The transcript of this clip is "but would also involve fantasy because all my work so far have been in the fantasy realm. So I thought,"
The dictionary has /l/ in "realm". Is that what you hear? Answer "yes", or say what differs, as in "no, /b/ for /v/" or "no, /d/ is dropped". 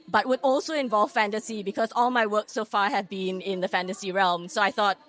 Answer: yes